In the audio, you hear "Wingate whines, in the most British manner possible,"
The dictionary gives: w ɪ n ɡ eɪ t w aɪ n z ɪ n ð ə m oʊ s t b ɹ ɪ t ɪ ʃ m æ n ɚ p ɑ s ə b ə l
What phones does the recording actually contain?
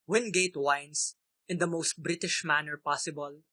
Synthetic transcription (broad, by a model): w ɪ n ɡ eɪ t w aɪ n s ɪ n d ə m oʊ s t b ɹ ɪ t ɪ ʃ m æ n ɚ p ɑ s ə b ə l